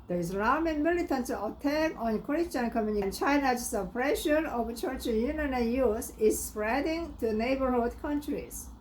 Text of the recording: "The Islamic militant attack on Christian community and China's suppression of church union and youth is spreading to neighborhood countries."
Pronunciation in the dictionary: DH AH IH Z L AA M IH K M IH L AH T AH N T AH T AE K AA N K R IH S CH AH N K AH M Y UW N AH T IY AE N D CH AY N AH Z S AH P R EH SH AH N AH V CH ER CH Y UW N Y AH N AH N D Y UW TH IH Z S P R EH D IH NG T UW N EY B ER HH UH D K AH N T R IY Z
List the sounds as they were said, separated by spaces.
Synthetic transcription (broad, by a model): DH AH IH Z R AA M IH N M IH L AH T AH N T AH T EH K AA N K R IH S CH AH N K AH M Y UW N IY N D CH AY N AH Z S AH P R EH SH AH N AH V CH ER CH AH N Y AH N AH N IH Y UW S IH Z S P R EH D IH NG T UW N EY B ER HH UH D K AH N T R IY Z